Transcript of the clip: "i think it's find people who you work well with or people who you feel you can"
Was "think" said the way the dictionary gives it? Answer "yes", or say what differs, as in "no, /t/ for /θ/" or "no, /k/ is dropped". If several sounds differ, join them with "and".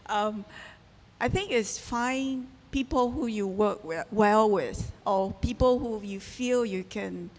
yes